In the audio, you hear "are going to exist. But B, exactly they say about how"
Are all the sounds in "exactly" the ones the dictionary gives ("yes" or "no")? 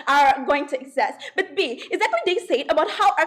no